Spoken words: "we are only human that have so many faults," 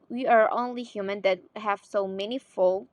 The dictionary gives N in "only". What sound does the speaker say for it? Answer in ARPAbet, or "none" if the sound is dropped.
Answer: N